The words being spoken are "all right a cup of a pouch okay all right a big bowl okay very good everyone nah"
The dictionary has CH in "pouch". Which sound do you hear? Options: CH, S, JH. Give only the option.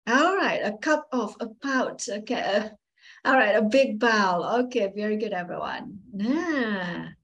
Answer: S